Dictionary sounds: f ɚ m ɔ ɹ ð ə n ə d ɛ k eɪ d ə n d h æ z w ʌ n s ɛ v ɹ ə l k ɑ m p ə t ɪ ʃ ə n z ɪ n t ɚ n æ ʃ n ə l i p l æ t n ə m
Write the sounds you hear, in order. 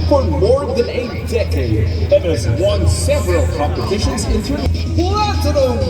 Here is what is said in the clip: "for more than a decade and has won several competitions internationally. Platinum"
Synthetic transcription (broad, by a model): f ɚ m ɔ ɹ ð ə n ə d ɛ k eɪ d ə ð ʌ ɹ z w ʌ n s ɛ v ɹ ə l k ɑ m p ə t ɪ ʃ ə n z ɪ n t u æ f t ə n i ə